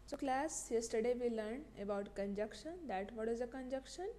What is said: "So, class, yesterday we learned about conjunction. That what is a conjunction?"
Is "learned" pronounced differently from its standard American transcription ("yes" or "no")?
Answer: yes